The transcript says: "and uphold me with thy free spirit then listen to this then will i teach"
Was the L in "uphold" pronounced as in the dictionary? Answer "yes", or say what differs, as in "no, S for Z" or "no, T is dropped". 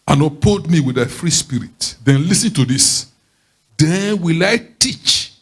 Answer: no, L is dropped